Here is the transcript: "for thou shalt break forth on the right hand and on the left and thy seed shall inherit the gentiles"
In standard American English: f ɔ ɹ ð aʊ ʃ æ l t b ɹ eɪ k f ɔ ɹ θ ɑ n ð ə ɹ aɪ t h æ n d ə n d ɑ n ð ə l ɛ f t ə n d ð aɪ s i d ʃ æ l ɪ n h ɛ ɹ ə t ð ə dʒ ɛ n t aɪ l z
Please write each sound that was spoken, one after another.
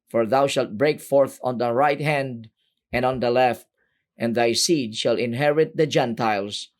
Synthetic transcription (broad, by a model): f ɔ ɹ ð aʊ ʃ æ l t b ɹ eɪ k f ɔ ɹ θ ɑ n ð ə ɹ aɪ t h æ n d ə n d ɑ n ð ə l ɛ f t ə n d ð aɪ s i d ʃ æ l ɪ n h ɛ ɹ ə t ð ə dʒ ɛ n t aɪ l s